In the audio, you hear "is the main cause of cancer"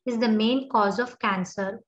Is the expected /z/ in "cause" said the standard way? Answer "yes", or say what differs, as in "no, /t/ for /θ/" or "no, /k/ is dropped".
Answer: yes